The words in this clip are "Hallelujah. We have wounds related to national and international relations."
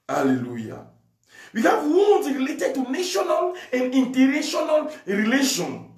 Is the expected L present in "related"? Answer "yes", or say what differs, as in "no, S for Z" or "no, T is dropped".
yes